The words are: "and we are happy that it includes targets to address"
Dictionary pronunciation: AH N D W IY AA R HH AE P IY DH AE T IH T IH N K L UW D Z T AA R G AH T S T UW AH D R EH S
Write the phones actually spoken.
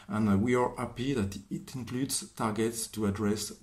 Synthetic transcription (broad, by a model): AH N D W IY AA R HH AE P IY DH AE T IH T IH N K L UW D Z T AA R G AH T S T UW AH D R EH S